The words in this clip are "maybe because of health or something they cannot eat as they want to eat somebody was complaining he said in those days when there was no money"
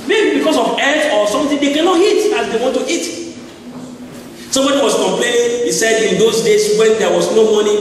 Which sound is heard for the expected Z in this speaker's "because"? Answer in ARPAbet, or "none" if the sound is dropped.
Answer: S